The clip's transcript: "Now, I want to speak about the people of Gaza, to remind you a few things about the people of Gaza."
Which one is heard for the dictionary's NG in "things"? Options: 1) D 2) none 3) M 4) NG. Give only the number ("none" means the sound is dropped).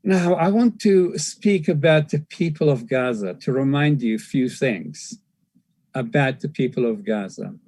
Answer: 4